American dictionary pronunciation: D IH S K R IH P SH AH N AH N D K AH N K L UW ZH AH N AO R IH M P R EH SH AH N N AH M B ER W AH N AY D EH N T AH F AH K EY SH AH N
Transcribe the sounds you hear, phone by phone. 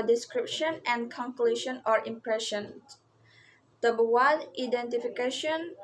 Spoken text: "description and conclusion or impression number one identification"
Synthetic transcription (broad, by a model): D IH S K R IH P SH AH N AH N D K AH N K L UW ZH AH N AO R IH M P R EH SH AH N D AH B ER W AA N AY D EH N T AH F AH K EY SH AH N